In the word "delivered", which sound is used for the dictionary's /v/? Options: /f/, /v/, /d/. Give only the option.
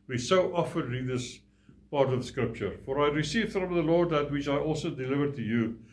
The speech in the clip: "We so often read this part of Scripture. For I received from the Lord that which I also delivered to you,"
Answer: /v/